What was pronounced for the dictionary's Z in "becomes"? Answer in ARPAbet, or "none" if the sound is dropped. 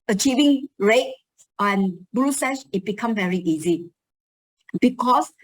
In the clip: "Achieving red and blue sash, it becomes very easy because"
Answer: none